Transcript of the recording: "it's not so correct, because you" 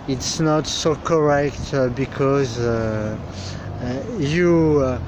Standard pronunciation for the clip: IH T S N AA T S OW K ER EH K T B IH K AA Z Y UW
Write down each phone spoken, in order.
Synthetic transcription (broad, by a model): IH T S N AA T S OW K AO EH K T B IH K AA Z Y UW